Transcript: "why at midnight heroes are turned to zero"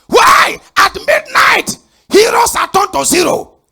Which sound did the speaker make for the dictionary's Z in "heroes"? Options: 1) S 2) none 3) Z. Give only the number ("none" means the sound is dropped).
1